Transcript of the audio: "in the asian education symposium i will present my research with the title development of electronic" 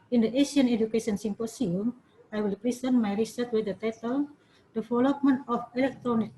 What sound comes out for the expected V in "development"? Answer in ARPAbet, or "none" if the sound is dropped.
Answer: F